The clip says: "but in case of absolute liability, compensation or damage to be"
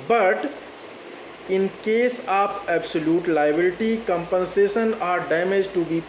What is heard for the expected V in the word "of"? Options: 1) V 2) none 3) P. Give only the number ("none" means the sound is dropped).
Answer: 3